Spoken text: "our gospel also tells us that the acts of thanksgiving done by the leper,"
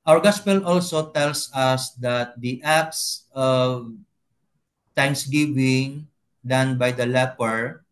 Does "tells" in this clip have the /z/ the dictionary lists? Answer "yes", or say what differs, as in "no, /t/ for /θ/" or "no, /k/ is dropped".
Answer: no, /s/ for /z/